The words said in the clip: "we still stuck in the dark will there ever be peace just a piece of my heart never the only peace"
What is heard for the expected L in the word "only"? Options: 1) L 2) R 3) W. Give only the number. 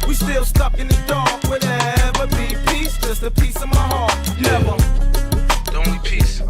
3